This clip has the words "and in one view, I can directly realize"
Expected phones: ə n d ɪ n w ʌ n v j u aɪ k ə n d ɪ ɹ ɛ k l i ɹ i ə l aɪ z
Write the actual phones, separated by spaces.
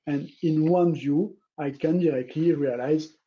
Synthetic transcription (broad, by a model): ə n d ɪ n w ʌ n v j u aɪ k ə n d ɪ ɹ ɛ k l i ɹ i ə l aɪ z